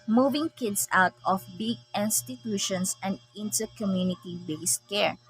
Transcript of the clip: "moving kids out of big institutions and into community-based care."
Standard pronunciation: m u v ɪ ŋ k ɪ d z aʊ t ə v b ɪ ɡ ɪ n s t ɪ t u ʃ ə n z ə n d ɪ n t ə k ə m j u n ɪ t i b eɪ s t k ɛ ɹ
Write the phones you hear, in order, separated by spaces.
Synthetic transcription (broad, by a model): m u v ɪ ŋ k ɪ d s aʊ t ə f b ɪ ɡ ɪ n s t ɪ t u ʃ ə n s ə n d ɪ n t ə k ə m j u n ɪ t i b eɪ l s k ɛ ɹ